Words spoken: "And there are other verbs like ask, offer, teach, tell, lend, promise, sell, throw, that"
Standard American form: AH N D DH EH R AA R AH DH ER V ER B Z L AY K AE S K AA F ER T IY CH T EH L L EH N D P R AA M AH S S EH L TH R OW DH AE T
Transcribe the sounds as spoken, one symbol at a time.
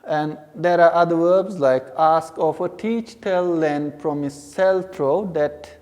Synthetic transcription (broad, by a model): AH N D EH R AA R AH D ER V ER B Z L AY K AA S K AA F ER T IY CH T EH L L EH N D F R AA M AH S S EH L T R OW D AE T